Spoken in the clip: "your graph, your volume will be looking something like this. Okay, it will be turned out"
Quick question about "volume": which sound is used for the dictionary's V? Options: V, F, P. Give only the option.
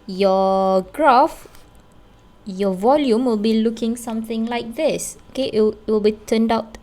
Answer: V